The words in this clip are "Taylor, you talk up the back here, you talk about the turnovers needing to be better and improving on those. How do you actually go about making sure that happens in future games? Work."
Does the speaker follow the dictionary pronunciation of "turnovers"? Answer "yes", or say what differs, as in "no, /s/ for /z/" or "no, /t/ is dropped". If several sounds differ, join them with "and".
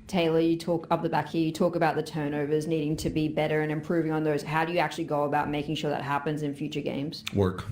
yes